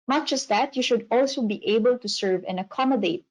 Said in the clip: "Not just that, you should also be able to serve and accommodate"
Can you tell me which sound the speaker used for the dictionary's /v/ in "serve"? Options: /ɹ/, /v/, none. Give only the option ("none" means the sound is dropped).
/v/